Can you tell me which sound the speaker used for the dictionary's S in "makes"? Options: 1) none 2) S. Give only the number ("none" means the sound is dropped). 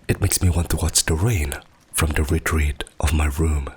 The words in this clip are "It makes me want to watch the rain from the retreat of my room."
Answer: 2